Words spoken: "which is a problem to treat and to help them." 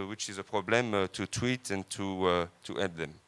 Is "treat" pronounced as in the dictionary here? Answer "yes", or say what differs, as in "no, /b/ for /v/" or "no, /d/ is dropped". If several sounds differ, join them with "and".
no, /w/ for /ɹ/